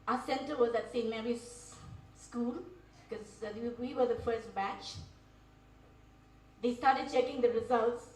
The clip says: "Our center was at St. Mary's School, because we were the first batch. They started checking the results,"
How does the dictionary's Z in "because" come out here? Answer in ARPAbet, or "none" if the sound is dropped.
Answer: none